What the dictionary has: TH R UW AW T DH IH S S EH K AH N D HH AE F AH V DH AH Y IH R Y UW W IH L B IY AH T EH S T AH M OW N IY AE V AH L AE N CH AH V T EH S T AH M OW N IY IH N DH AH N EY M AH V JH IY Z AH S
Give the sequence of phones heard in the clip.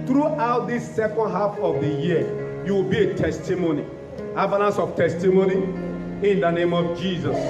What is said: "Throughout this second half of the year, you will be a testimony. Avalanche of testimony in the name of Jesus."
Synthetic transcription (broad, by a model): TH R UW AW T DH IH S S EH K AH N D HH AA F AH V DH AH Y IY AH Y UW W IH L B IY AH T EH S T AH M OW N IY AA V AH N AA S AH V T EH S T AH M OW N IY IH N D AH N EY M AH V JH IY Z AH S